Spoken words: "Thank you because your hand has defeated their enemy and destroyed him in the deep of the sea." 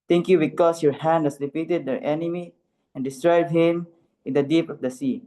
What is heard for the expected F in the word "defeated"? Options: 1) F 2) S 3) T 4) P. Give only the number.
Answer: 4